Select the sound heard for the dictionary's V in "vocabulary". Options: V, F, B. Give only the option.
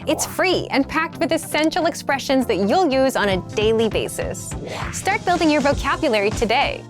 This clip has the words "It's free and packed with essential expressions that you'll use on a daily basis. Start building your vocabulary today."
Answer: V